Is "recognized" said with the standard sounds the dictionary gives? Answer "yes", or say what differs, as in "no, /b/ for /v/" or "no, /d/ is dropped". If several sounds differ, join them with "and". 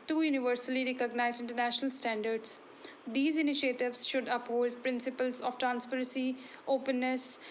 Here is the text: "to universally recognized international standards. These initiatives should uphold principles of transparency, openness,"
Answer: no, /d/ is dropped